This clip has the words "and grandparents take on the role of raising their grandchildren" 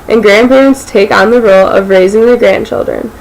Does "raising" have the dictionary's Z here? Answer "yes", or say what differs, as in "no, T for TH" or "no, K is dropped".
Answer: yes